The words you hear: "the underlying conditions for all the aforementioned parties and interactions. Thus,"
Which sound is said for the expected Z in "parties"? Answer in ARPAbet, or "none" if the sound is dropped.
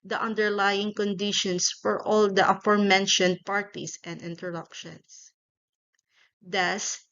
S